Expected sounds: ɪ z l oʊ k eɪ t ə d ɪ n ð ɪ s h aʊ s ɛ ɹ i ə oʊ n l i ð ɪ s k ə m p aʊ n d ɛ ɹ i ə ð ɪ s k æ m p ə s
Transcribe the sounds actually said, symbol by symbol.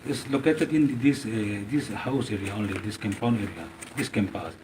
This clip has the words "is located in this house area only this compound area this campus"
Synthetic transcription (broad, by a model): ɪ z l oʊ k eɪ t ə d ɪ n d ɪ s h aʊ s ɛ ɹ i ə oʊ n l i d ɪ s k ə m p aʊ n ɛ ɹ i ə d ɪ s k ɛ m p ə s